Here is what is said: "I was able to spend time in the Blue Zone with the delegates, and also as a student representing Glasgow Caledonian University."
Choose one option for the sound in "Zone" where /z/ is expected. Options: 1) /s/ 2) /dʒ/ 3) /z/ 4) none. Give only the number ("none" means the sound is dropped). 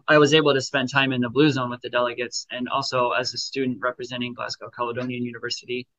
3